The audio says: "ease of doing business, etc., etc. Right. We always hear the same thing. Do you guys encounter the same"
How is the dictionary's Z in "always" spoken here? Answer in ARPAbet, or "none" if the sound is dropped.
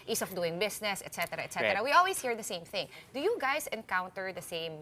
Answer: S